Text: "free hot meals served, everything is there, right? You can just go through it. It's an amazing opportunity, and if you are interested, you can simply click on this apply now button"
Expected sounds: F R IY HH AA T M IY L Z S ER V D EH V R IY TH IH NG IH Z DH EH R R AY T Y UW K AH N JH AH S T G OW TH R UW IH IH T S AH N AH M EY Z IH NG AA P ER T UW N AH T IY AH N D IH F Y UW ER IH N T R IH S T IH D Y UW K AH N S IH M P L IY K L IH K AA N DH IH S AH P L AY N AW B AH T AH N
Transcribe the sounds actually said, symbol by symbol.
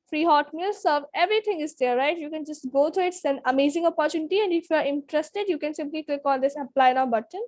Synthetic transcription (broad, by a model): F R IY HH AA T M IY L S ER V EH V R IY T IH NG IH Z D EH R R AY T Y UW K AH N JH AH S T G OW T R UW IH IH T S AH N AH M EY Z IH NG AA P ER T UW N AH T IY AH N D IH F Y UW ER IH N T R IH S T IH D Y UW K AH N S IH M P L IY K L IH K AA N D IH S AH P L AY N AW B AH T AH N